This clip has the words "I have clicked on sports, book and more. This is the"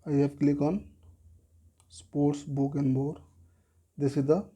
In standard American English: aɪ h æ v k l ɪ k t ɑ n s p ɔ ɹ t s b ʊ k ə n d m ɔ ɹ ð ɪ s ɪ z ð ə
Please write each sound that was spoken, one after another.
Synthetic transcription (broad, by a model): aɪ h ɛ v k l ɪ k ɑ n s p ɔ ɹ t s b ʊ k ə n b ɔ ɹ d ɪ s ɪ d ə